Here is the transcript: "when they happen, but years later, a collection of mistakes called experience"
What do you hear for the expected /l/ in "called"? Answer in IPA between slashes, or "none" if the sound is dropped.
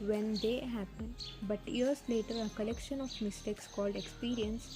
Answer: /l/